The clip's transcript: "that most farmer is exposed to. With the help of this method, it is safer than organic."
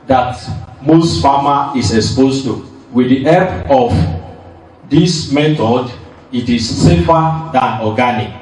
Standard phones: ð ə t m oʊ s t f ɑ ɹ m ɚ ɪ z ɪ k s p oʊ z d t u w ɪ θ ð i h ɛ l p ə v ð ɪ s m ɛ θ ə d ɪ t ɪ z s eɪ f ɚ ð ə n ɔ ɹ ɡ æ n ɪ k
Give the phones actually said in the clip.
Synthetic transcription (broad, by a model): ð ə t m oʊ s t f ɑ m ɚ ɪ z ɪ k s p oʊ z t u w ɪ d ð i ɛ p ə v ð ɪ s m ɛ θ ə d ɪ t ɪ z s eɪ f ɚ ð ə n ɔ ɡ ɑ n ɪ k